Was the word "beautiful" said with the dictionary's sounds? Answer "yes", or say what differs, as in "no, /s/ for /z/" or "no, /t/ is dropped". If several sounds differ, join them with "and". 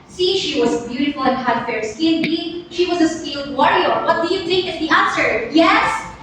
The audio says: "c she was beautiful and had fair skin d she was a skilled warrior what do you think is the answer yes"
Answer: yes